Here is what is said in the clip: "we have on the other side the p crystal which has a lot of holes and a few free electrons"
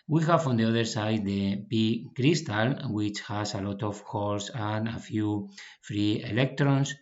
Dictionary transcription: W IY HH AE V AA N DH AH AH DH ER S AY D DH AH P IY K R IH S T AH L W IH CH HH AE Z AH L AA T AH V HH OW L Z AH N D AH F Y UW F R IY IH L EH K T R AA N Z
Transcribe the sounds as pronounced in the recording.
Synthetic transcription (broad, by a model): W IY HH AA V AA N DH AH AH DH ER S AY D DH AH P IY K R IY S T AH L W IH CH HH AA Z AH L AA T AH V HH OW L S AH N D AH F Y UW F R IY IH L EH K T R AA N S